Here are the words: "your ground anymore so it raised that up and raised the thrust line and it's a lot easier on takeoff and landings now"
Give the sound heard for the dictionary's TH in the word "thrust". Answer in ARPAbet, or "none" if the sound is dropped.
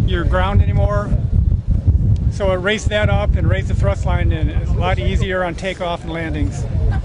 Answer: TH